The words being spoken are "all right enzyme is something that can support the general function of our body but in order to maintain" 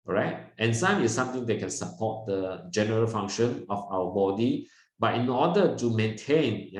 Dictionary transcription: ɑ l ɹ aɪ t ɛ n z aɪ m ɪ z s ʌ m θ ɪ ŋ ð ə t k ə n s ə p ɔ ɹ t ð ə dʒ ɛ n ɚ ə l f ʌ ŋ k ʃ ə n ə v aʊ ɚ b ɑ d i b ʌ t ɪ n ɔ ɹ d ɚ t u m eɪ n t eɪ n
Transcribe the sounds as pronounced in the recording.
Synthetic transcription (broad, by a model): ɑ ɹ aɪ t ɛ n s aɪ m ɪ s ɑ m t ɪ ŋ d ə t k ə n s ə p ɔ t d ə dʒ ɛ n ɚ ə l f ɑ ŋ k ʃ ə n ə f aʊ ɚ b ɑ d i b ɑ t ɪ n ɔ d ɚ t u m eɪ n t eɪ n